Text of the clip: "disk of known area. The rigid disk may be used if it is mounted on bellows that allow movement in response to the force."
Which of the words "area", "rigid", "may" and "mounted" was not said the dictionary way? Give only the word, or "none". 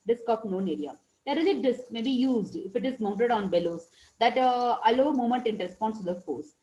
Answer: rigid